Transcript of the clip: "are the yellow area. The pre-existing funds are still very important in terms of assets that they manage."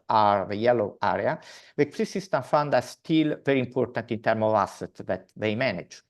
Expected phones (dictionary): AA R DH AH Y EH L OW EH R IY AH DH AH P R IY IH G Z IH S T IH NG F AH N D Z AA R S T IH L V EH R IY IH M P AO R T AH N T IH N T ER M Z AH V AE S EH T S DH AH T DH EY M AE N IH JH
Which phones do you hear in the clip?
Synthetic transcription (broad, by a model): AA R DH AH Y EH L OW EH R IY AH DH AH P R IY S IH S T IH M F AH N D AA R S T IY L V EH R IY M P AO R T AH N T IH N T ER M AH V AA S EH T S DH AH T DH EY M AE N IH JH